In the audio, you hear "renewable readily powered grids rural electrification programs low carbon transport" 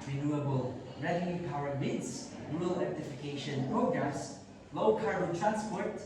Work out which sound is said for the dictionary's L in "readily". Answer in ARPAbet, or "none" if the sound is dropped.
N